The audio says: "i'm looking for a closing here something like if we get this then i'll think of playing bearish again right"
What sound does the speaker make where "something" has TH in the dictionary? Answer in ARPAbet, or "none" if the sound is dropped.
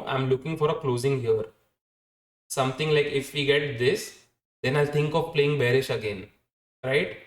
T